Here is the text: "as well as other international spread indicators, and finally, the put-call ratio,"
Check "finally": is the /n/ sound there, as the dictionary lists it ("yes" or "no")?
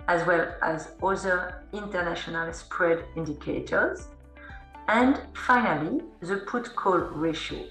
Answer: yes